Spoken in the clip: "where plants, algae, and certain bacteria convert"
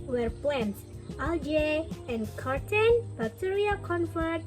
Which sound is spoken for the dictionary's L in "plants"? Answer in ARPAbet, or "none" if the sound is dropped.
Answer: none